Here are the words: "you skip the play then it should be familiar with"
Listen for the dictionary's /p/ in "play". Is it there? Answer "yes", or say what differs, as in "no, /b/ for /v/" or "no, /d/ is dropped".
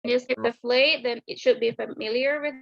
no, /f/ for /p/